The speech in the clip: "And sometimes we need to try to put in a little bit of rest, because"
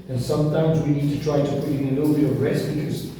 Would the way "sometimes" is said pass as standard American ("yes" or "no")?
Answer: yes